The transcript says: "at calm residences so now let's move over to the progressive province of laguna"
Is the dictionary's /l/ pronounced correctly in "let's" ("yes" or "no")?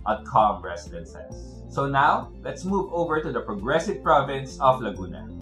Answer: yes